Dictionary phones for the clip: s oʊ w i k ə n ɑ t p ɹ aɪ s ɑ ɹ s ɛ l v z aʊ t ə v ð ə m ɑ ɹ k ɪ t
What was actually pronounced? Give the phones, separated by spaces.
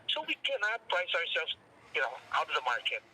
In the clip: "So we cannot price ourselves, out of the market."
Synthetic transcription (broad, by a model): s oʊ w i k ə n ɑ t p l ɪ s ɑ ɹ s ɛ l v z aʊ t ə v ð ə m ɑ ɹ k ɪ t